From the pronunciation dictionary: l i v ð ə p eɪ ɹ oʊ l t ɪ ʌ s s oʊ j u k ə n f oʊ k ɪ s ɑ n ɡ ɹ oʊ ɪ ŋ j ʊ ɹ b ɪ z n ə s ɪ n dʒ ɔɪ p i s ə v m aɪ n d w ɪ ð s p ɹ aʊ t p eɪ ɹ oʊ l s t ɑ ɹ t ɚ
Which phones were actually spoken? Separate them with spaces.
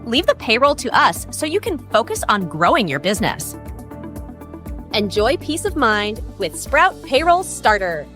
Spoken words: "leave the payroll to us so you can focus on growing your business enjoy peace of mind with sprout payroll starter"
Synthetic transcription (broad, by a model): l i v ð ə p eɪ ɹ oʊ l t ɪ ʌ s s oʊ j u k ə n f oʊ k ɪ s n ɡ ɹ oʊ ɪ ŋ j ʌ ɹ b ɪ z n ə s ɪ n dʒ ɔɪ p i s ə v m aɪ n d w ɪ ð s p ɹ aʊ t p eɪ ɹ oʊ l s t ɑ ɹ t ɚ